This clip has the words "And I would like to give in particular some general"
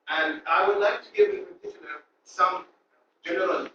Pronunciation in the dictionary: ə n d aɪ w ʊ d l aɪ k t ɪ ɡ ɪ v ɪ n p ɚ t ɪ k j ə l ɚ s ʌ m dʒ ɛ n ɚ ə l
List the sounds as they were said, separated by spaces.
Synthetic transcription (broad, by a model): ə n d aɪ w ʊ d l aɪ k t ɪ ɡ ɪ v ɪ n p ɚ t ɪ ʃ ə n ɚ s ʌ m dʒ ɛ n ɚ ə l